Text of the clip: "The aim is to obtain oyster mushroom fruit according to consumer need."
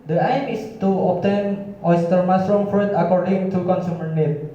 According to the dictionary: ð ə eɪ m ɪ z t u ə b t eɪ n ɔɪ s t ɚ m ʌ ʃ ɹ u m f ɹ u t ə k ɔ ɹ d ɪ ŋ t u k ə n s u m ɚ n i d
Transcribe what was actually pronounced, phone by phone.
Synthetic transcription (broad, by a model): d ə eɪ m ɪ s t u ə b t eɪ n ɔɪ s t ɚ m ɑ s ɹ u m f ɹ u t ə k ɔ ɹ d ɪ ŋ t u k ə n s u m ɚ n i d